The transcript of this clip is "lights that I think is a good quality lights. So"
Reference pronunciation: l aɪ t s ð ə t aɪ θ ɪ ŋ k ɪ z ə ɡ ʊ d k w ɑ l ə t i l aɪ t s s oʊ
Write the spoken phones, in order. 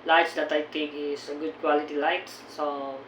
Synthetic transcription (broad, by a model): l aɪ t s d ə t aɪ t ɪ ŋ k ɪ s ə ɡ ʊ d k w ɑ l ə t i l aɪ t s s oʊ